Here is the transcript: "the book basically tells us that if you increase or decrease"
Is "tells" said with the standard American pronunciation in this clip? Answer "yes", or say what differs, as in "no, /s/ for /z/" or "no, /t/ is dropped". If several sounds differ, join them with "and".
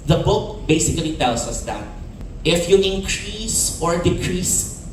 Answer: no, /s/ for /z/